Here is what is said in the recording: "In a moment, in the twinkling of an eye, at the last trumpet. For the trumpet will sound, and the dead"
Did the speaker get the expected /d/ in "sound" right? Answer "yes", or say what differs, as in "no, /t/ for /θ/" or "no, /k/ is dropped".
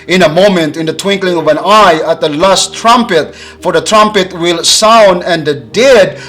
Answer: yes